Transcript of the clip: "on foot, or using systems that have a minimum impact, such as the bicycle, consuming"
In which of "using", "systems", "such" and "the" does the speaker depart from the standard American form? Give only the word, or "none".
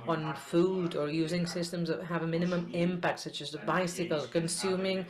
none